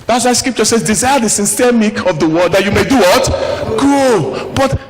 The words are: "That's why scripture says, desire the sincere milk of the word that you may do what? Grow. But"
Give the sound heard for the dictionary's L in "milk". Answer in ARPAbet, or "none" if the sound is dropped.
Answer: none